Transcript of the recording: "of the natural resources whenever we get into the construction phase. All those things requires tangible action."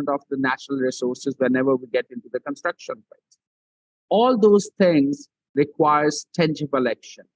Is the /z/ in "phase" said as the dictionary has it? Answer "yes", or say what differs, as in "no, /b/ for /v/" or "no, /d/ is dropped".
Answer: no, /z/ is dropped